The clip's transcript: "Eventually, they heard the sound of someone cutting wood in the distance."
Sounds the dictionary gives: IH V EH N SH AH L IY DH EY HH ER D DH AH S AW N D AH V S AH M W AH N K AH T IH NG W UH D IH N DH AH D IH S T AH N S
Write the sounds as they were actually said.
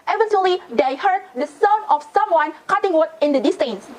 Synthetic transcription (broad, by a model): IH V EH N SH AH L IY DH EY HH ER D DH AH S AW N AH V S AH M W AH N K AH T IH NG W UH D IH N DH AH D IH S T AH N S